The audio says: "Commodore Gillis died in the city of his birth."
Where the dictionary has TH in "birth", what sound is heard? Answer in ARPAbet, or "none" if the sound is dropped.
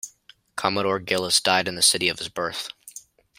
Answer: TH